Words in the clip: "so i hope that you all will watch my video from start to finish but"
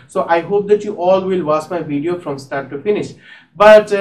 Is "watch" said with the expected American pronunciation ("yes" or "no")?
no